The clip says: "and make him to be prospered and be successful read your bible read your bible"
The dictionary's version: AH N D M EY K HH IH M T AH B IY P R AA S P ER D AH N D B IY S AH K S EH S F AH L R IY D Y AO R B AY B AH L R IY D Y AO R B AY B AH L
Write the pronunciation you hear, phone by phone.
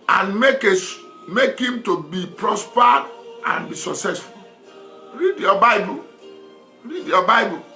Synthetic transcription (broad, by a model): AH N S M EY K HH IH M T AH B IY P R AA S P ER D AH N B IY S AH K S EH S F AH L R IY D Y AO B AY B AH L R IY D Y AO B AY B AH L